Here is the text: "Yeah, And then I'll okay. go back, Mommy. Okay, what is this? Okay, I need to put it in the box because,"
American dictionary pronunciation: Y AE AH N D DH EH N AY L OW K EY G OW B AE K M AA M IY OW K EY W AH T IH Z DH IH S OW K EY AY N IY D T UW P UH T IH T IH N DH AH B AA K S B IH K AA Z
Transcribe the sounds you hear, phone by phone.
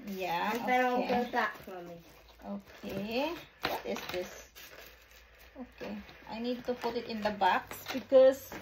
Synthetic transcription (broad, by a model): Y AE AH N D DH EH AO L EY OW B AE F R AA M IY OW K EY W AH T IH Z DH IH S OW K EY AY N IY D T UW P UH T IH T IH N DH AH B AA K S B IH K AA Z